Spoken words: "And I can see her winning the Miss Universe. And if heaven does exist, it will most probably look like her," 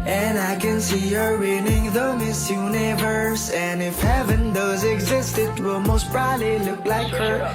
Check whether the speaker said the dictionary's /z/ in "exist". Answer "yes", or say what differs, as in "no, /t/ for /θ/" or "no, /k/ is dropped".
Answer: yes